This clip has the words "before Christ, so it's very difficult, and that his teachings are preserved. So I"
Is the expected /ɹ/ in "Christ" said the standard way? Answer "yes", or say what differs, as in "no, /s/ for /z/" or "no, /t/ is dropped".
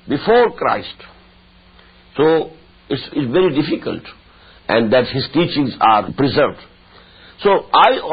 yes